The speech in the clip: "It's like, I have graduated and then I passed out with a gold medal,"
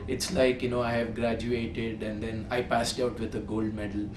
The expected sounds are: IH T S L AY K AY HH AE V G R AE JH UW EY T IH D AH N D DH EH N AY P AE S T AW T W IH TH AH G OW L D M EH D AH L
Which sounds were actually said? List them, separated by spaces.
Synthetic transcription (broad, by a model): IH T S L AY K AY HH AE V G R AE JH UW EY T IH D AH N D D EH N AY P AE S T AW T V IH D AH G OW L D M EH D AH L